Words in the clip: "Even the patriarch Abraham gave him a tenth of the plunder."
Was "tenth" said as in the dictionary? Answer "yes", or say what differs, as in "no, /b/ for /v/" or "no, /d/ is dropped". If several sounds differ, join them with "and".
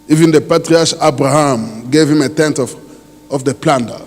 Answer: no, /f/ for /θ/